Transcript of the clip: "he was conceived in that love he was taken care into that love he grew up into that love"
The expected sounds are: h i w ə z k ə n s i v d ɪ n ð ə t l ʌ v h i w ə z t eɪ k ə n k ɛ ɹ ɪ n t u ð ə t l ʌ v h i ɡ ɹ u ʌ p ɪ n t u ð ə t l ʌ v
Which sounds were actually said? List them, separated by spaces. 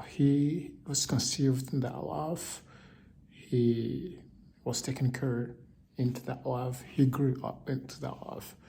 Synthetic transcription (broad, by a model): h i w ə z k ə n s i v d ɪ n ð ə t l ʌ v h i w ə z t eɪ k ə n k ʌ ɹ ɪ n t u ð ə t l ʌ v h i ɡ ɹ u ʌ p ɪ n t u ð ə t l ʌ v